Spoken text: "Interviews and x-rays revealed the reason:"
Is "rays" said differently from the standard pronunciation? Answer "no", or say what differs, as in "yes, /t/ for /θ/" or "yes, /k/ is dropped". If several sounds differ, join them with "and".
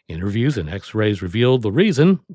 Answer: no